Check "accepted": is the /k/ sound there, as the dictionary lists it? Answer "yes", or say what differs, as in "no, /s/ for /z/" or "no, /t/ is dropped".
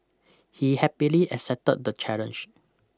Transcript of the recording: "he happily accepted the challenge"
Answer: no, /k/ is dropped